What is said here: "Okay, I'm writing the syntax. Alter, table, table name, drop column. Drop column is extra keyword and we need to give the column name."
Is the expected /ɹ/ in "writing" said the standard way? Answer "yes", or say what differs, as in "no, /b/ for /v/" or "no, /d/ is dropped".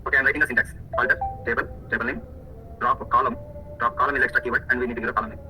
no, /l/ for /ɹ/